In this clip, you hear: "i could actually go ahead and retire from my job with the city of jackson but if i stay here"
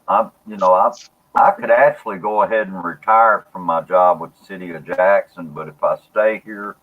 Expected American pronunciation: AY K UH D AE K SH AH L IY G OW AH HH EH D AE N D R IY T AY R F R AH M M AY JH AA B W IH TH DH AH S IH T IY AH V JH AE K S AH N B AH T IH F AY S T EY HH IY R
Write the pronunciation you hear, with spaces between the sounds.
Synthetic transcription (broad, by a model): AY K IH D AE K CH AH L IY G OW AH HH EH D N R IY T AY R F R AH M M AY JH AA B W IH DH S IH T IY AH JH AE K S AH N B AH T IH F AY S T EY HH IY R